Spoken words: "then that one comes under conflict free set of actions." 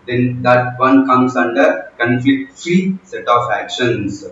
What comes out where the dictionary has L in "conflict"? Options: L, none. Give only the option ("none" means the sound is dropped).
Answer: none